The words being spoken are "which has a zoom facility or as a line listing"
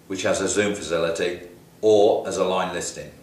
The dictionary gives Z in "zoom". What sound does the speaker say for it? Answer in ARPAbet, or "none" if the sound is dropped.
Z